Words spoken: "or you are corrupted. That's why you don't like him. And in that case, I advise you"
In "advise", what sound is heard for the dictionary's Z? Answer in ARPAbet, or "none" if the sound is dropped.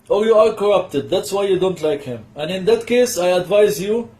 Z